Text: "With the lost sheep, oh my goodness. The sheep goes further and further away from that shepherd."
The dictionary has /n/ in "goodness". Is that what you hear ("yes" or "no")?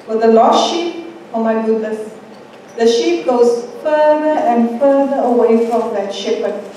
no